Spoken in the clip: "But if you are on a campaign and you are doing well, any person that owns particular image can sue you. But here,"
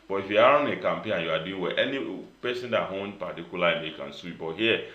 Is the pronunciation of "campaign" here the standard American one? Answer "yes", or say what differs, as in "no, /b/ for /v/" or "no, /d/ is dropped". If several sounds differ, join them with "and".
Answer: yes